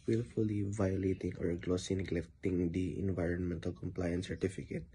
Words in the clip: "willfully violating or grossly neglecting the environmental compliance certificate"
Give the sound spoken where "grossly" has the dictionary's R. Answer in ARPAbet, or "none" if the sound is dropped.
L